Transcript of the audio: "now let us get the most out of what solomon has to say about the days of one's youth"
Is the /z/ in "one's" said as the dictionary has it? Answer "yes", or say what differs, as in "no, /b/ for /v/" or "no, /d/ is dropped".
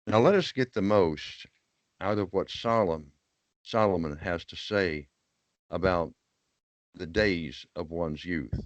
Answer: yes